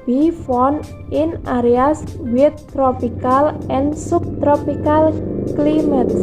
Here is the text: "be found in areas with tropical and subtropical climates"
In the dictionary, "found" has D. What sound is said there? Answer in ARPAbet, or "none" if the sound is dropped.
none